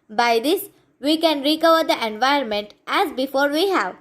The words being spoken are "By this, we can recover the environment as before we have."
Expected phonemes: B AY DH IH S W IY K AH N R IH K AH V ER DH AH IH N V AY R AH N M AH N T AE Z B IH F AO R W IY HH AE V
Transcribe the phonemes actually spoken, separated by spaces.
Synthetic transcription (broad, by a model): B AY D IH S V IY K AH N R IH K AH V ER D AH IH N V AY AH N M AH N T AE Z B IH F AO R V IY HH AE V